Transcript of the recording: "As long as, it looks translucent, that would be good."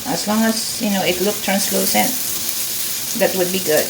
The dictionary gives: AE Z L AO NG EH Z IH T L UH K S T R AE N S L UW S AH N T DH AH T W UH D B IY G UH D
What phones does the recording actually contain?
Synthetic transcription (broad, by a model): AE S L AO NG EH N IH T L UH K T R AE N S L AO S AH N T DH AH T W UH D B IY G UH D